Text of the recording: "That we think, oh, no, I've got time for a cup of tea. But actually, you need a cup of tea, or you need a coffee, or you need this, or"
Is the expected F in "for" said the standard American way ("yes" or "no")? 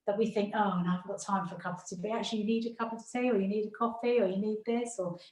yes